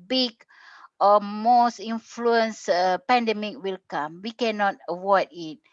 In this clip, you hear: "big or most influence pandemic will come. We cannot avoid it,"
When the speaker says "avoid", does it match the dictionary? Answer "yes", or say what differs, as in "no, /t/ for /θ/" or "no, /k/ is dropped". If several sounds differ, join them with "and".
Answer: no, /w/ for /v/